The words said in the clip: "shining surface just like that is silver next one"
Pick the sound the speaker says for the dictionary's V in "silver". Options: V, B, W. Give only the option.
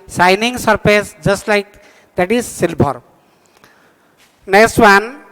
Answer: B